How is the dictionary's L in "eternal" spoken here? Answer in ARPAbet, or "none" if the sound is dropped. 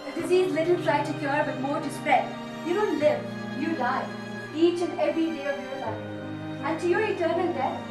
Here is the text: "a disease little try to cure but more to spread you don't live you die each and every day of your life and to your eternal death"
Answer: N